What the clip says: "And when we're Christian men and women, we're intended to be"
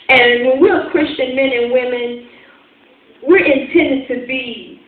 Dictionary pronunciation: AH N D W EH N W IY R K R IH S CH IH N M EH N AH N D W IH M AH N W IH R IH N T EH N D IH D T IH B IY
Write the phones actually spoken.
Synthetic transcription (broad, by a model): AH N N W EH N W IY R K R IH S CH IH N M EH N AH N W IH M AH N W IH R IH N T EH N D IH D T IH B IY